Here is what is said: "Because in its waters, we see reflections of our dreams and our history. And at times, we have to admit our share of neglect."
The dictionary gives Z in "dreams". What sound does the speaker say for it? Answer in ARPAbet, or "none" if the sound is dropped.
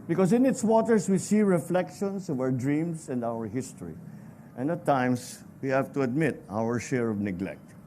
S